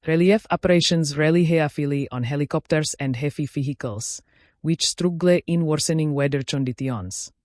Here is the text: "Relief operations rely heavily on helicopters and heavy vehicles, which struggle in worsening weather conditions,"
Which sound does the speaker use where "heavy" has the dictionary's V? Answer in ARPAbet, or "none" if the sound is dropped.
F